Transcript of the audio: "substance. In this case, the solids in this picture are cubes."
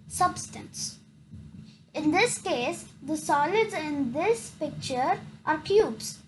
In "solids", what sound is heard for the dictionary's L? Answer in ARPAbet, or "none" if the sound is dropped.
L